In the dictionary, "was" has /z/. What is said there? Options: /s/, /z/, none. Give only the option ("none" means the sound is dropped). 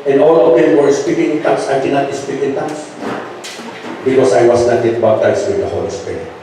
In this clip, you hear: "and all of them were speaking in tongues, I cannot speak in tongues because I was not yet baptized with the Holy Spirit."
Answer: /s/